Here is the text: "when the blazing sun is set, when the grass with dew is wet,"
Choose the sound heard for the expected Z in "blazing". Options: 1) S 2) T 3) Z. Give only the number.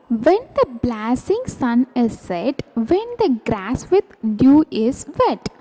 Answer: 1